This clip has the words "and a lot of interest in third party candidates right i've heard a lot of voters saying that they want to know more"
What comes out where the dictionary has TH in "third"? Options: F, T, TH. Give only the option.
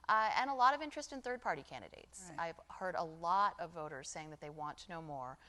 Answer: TH